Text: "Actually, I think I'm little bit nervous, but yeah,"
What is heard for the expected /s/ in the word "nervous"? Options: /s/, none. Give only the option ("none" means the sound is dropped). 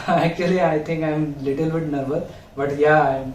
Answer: none